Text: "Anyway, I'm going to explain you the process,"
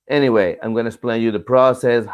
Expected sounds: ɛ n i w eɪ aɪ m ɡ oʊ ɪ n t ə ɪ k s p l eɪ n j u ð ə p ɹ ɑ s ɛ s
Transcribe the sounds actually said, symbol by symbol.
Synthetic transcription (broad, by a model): ɛ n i w eɪ aɪ m ɡ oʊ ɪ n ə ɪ s p l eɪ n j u ð ə p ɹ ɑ s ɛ s